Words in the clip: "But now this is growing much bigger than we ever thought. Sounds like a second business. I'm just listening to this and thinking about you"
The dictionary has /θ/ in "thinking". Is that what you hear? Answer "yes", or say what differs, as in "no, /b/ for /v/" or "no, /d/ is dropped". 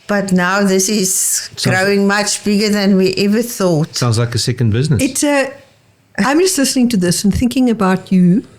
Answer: yes